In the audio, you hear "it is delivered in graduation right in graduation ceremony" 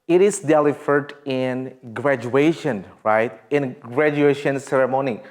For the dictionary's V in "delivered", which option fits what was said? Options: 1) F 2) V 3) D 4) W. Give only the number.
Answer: 1